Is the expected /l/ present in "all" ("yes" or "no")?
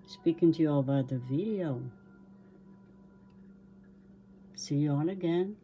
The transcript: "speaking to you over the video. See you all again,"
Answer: no